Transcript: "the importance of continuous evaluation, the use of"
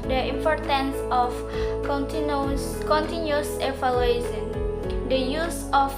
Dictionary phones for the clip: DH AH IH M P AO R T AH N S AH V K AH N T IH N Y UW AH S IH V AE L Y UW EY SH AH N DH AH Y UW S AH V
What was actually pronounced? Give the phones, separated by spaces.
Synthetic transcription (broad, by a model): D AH IH M P AO R T AH N S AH F K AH N T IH N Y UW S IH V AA L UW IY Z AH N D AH Y UW S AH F